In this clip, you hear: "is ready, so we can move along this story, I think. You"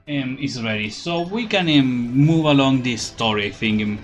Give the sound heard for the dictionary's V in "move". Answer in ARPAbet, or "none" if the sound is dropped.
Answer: V